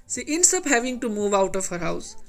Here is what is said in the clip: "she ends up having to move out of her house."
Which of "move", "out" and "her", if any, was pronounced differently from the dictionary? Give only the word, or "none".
none